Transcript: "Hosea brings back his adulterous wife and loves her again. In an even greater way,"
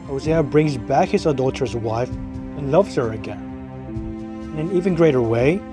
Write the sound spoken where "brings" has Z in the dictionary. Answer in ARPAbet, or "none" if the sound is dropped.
Z